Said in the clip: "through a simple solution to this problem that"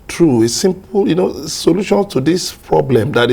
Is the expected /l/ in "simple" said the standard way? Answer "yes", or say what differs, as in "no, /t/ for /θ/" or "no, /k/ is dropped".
no, /n/ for /l/